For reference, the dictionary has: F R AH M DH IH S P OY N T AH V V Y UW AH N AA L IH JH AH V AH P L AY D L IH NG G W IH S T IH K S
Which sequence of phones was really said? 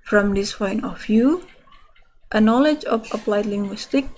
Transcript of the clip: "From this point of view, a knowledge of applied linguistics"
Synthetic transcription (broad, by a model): F R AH M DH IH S F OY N AH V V Y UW AH N AA L IH JH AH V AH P L AY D L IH NG G W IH S T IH K